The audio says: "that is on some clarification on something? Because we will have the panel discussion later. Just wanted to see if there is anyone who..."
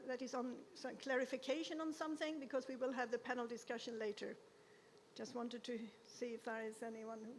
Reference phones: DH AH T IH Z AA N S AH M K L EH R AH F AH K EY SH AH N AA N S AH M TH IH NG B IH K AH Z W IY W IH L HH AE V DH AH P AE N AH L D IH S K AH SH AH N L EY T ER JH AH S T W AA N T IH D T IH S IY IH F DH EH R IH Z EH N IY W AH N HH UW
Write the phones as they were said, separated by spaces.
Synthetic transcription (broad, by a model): DH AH T IH Z N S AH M K L EH R AH F AH K EY SH AH N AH N S AH M TH IH NG B IH K AH Z W IY W IH L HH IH V DH AH P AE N L D IH S K AH SH AH N L EY T ER JH AH S T W AA N T IH D T IH S IY IH F DH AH R IH Z EH N IY W AH N HH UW